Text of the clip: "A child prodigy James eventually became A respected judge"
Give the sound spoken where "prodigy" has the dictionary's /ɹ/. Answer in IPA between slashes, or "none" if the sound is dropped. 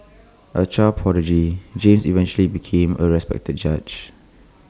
none